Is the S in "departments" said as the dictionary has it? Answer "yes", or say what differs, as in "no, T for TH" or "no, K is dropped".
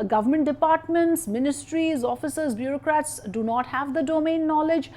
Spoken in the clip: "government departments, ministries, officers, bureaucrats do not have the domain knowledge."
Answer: yes